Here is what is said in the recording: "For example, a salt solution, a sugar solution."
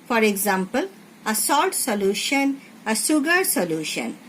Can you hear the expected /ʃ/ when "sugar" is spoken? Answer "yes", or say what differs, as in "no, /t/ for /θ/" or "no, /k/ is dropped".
no, /s/ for /ʃ/